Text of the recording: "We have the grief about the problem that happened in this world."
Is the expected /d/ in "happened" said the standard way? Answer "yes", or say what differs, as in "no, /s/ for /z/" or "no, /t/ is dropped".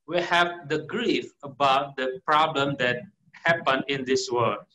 no, /d/ is dropped